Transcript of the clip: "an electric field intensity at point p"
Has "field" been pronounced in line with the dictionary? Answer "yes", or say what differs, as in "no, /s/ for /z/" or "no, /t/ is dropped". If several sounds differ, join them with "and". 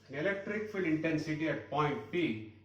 no, /d/ is dropped